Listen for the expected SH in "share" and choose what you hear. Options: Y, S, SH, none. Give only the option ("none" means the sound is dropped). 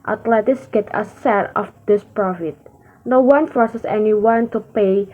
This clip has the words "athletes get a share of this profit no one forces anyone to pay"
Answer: S